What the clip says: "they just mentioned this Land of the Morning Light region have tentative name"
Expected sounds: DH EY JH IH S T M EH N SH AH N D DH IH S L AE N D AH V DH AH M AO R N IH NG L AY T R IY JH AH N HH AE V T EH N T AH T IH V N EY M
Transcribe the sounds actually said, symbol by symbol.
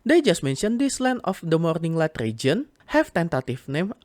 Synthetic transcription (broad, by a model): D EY JH IH S T M EH N SH AH N D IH S L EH N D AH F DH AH M AO R N IH NG L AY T R IY JH AH N HH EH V T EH N T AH T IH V N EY M